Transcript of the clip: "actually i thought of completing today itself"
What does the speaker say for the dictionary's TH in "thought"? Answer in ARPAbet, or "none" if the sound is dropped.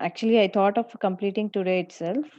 T